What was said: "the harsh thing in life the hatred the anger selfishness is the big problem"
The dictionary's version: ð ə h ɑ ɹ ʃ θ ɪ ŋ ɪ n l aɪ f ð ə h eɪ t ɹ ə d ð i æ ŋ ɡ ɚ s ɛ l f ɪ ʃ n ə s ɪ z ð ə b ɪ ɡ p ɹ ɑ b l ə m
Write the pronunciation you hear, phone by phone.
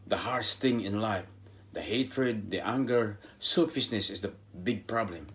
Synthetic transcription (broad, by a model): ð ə h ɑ ɹ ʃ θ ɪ ŋ ɪ n l aɪ f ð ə h eɪ t ɹ ə d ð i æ ŋ ɡ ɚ s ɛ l f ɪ s n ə s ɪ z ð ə b ɪ ɡ p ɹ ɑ b l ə m